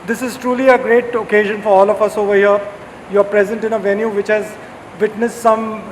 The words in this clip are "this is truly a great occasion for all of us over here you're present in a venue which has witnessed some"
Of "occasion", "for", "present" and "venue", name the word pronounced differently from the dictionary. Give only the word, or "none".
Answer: none